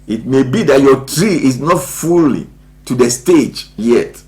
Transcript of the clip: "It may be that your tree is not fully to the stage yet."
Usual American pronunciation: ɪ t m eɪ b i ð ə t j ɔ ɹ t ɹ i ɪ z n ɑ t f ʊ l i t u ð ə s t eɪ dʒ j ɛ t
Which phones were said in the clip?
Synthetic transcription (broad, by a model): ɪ t m eɪ b i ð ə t j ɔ t ɹ i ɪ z n ɑ t f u l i t u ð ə s t eɪ dʒ j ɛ t